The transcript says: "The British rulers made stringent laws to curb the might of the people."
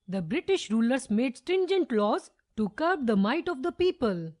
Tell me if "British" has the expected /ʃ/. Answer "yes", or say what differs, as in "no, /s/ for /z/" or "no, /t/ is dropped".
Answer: yes